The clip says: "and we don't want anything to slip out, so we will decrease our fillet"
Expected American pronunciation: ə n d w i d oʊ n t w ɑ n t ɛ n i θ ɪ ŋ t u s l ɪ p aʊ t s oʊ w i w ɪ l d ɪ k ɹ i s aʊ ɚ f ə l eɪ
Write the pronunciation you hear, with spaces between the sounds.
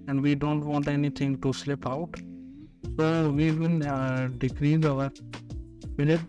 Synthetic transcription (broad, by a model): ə n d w i d oʊ n t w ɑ n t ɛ n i t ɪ ŋ t u s l ɪ p aʊ t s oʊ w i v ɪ n d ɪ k ɹ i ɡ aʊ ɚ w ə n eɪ